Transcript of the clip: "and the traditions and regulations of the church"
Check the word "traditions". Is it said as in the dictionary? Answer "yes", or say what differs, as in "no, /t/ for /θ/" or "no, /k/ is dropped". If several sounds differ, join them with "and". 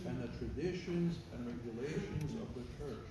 yes